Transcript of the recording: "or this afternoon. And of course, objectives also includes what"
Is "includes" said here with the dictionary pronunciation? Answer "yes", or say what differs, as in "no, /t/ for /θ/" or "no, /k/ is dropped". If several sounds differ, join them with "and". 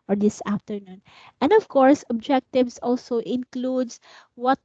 no, /s/ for /z/